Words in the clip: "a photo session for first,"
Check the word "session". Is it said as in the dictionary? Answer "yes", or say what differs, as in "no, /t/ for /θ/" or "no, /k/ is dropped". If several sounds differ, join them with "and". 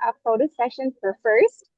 yes